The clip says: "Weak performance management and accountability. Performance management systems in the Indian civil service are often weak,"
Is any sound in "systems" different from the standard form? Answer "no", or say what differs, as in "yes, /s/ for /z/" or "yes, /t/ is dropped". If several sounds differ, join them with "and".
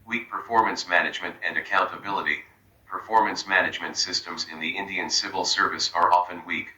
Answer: no